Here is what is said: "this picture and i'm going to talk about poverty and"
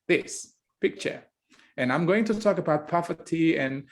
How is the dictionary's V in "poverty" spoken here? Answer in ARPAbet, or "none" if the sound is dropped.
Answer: F